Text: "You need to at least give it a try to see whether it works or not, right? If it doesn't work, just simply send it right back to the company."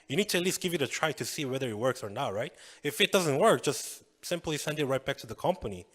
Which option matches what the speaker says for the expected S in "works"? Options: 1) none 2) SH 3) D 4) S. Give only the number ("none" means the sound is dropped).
4